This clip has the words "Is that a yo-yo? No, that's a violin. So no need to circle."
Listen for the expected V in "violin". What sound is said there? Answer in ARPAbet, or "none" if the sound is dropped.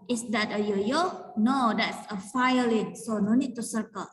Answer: F